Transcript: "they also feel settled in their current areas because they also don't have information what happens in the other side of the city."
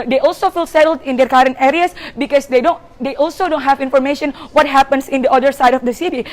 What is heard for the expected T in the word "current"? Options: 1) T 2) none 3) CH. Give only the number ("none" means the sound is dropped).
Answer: 1